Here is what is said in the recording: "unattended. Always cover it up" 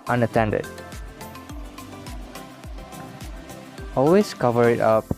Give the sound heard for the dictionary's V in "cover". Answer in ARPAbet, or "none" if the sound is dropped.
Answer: V